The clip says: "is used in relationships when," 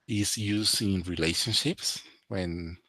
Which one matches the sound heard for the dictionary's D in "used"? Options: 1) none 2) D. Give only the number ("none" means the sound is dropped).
1